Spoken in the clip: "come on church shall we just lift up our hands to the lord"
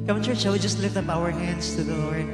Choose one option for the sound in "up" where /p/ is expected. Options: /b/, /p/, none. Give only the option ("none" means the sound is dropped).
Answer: /b/